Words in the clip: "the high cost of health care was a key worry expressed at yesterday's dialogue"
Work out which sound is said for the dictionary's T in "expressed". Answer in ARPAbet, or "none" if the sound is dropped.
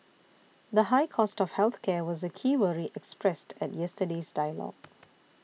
T